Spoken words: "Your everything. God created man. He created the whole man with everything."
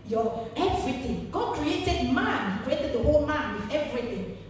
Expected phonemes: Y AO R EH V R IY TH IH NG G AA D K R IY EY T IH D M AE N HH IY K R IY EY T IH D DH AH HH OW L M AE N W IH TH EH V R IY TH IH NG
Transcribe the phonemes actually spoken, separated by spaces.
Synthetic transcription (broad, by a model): Y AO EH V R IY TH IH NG G AA D K R IY EY T IH D M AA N HH IY K R IY EY T IH D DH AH HH OW L M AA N W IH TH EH V R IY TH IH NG